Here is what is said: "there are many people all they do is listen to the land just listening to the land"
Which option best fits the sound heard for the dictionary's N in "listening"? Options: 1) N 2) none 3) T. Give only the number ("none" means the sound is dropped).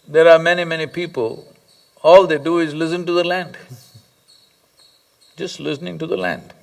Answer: 1